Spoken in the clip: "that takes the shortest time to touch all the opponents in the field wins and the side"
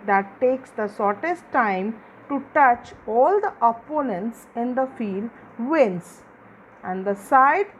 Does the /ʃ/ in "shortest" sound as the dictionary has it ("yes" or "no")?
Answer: no